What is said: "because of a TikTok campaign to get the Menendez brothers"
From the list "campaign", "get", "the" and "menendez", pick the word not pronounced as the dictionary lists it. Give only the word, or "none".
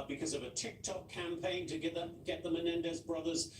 none